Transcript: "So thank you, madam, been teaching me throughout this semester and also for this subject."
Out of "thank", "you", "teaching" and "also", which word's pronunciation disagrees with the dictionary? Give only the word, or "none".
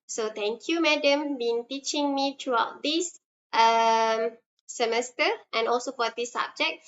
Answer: thank